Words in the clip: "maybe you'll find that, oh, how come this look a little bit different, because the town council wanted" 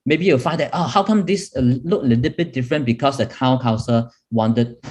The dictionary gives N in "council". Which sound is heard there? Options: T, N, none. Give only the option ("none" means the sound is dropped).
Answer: none